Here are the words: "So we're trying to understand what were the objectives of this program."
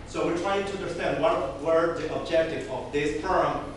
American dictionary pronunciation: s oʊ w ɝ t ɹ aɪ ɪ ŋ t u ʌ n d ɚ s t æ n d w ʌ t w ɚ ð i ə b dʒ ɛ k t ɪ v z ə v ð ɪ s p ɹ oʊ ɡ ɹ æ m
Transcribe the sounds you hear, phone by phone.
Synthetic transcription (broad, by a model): s oʊ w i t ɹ aɪ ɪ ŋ t u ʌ n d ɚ s t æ n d w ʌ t w ɚ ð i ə b dʒ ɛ k t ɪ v ə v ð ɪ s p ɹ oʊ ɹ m